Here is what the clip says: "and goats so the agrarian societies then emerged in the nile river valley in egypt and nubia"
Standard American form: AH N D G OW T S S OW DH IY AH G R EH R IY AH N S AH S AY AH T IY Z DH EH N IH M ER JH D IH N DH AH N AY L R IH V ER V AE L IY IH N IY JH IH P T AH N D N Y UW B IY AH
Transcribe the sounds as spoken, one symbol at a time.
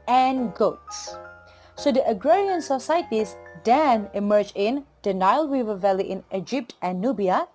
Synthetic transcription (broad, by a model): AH N G OW T S S OW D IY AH G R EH R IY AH N S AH S AY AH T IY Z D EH N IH M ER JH IH N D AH N AY L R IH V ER V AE L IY IH N IY JH IH P T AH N N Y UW B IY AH